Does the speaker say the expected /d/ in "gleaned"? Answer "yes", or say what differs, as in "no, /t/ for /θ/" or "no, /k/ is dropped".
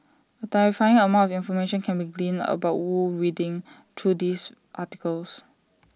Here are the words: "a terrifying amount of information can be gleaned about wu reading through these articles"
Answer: no, /d/ is dropped